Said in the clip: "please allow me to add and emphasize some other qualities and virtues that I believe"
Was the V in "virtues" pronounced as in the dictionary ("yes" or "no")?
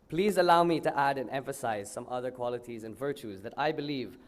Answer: yes